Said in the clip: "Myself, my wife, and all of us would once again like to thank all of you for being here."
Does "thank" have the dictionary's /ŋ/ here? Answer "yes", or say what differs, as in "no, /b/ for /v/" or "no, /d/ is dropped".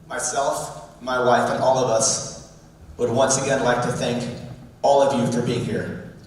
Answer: yes